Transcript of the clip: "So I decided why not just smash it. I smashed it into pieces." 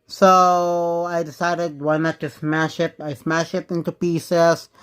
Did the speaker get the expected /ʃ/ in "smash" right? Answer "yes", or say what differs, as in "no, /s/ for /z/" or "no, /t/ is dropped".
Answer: yes